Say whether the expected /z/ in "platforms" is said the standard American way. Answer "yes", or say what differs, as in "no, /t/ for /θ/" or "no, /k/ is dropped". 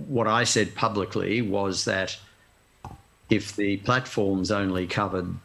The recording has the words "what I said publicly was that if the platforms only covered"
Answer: yes